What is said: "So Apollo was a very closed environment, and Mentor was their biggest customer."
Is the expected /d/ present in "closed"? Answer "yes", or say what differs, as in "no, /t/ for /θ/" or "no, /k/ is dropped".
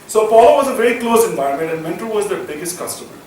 no, /d/ is dropped